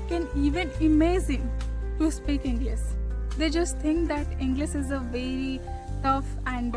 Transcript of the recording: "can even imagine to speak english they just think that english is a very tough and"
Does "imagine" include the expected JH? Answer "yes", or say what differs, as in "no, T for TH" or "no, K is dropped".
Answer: no, Z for JH